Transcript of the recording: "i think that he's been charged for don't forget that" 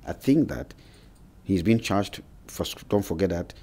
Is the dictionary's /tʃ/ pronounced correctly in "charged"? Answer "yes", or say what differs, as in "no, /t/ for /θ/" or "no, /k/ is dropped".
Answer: yes